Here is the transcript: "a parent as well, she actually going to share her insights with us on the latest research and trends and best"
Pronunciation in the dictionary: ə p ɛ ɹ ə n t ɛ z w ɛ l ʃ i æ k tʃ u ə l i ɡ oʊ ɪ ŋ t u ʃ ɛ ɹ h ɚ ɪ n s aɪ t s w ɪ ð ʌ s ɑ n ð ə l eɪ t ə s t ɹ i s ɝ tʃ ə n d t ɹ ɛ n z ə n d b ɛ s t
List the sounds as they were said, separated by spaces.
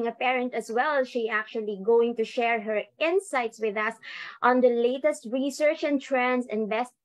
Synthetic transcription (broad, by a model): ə p ɛ ɹ ə n t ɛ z w ɛ l ʃ i æ k tʃ u ə l i ɡ oʊ ɪ ŋ t u ʃ ɛ ɹ h ɚ ɪ n s aɪ t s w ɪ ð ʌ s ɑ n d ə l eɪ t ə s t ɹ i s ɝ tʃ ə n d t ɹ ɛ n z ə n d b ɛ s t